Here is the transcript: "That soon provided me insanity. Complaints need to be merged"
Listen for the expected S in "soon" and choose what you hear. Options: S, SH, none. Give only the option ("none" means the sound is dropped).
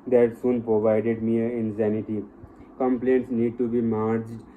S